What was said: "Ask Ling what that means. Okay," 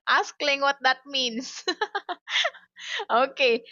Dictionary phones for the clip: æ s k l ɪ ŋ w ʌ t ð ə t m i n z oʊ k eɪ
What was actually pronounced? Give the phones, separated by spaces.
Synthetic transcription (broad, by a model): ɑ s k l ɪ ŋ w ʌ t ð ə t m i n s oʊ k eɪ